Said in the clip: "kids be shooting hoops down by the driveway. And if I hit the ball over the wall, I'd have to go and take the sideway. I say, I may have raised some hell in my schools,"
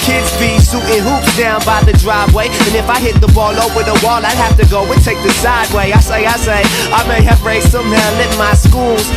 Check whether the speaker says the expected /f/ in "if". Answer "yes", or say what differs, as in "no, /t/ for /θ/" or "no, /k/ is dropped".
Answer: yes